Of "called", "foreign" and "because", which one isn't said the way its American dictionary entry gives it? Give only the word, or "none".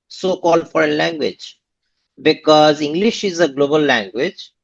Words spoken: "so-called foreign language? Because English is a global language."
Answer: none